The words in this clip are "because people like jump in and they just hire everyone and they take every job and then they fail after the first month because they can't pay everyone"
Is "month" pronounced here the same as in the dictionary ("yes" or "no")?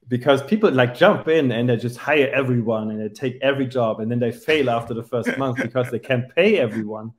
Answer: yes